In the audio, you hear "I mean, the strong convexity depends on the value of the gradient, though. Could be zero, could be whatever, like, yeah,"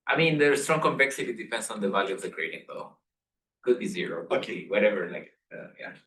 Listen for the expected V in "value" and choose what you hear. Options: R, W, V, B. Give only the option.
V